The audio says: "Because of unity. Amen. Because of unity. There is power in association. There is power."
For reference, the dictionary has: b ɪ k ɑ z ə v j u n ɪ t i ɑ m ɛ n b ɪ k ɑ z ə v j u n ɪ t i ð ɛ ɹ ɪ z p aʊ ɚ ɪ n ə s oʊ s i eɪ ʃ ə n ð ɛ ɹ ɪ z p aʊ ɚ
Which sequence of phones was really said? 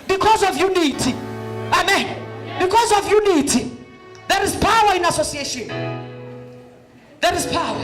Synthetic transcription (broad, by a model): b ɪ k ɑ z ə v j u n ɪ t i ɑ m ɛ n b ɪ k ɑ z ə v j u n ɪ t i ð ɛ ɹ ɪ z p aʊ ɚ ɪ n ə s oʊ s i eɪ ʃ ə n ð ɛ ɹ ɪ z p aʊ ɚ